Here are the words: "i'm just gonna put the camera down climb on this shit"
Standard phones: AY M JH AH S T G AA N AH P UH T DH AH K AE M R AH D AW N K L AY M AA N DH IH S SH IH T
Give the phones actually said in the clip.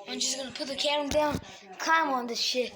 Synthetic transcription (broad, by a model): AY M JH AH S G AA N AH P UH T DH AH K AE R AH D AW N K AY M AA N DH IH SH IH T